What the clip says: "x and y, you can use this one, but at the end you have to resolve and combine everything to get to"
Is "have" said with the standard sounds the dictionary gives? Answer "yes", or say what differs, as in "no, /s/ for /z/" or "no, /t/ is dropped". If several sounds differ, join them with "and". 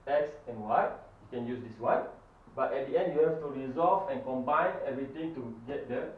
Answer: no, /f/ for /v/